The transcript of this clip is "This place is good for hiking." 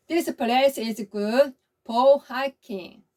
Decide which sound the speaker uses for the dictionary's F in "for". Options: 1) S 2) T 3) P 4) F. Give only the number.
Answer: 3